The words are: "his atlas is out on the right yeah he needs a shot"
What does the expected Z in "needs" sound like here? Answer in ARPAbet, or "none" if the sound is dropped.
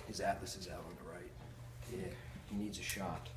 Z